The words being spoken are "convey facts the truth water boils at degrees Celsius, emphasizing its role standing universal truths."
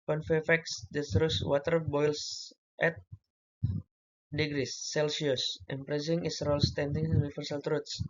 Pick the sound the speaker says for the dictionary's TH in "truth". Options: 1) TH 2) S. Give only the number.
2